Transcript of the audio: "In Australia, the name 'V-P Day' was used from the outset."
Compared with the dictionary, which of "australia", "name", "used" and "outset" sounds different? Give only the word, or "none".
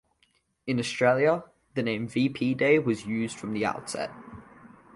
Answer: none